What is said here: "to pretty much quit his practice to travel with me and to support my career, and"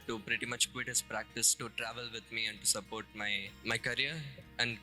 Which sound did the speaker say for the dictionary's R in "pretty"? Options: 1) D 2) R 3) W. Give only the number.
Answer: 2